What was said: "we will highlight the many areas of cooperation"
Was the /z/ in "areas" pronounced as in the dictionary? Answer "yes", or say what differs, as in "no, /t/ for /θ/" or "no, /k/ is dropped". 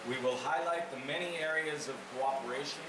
yes